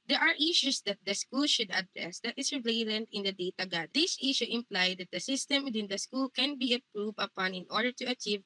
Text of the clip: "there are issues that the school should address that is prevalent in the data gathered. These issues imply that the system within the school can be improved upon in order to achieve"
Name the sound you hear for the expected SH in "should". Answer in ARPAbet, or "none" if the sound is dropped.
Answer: SH